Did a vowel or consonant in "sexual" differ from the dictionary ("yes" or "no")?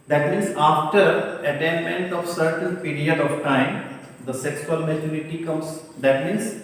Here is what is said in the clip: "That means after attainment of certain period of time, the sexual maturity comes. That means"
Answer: yes